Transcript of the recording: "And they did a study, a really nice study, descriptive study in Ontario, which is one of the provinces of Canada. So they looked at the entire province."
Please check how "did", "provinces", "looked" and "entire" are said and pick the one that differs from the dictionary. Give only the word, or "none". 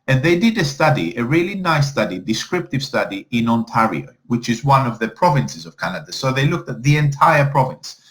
none